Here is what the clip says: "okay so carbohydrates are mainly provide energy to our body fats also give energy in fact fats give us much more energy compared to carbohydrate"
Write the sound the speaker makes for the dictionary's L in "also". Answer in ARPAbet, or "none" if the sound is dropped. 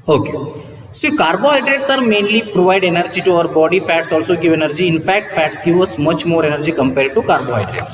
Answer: L